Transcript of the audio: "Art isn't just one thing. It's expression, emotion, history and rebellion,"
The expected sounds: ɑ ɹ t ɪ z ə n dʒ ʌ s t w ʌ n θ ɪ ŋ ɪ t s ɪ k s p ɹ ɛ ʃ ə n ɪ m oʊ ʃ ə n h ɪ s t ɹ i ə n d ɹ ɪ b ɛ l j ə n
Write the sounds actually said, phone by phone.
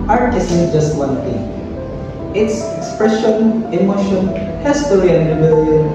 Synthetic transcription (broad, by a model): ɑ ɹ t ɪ s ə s dʒ ʌ s t w ʌ n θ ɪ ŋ ɪ t s ɪ k s p ɹ ɛ ʃ ə n ɪ m oʊ ʃ ə n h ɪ s t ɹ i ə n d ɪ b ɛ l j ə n